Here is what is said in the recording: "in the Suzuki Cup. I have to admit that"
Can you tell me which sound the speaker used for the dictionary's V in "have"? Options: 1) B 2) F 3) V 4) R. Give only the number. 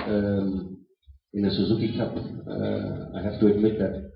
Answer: 2